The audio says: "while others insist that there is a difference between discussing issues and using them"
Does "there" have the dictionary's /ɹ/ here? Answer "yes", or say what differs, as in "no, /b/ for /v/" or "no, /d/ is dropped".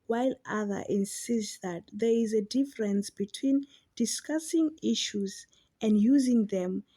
yes